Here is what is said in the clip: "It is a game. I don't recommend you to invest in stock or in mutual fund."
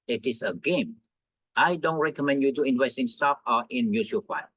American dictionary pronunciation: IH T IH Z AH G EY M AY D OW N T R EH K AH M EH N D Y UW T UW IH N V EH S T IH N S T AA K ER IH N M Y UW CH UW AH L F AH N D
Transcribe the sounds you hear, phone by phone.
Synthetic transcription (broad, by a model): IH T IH S AH G EY M AY D OW N T R EH K AH M EH N D Y UW T UW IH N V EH S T IH N S T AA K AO IH N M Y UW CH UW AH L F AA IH